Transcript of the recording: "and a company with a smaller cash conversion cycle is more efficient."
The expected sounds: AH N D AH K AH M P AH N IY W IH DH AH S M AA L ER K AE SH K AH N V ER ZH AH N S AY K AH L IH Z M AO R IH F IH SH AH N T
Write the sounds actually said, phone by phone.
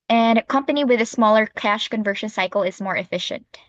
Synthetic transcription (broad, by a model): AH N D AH K AH M P AH N IY W IH DH AH S M AA L ER K AE SH K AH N V ER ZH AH N S AY K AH L IH Z M AO R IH F IH SH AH N T